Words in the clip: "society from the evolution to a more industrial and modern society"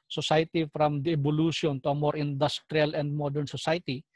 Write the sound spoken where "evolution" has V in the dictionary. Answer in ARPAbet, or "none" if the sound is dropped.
B